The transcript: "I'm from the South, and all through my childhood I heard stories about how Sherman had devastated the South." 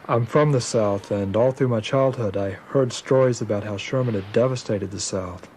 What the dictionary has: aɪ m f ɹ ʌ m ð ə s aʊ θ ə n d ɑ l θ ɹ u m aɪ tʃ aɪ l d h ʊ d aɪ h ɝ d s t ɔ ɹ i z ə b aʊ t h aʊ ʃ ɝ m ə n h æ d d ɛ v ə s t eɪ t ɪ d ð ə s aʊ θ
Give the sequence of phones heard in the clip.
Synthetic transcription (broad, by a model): aɪ m f ɹ ʌ m ð ə s aʊ θ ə n ɑ l θ ɹ u m aɪ tʃ aɪ l d h ʊ d aɪ h ɝ d s t ɔ ɹ i z ə b aʊ t h aʊ ʃ ɝ m ə n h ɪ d d ɛ v ə s t eɪ t ɪ d ð ə s aʊ θ